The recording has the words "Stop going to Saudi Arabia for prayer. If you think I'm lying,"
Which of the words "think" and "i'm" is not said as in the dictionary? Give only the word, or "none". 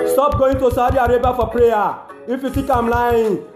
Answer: think